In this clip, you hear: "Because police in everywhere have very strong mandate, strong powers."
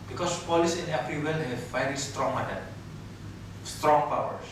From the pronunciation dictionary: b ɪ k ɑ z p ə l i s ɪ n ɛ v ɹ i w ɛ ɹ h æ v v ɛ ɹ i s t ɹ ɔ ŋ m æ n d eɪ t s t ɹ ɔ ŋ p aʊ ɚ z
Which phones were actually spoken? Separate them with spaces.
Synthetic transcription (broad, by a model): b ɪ k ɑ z p ə l i s ɪ n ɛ p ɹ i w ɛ l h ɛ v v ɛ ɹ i s t ɹ ɔ ŋ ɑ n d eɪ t s t ɹ ɔ ŋ p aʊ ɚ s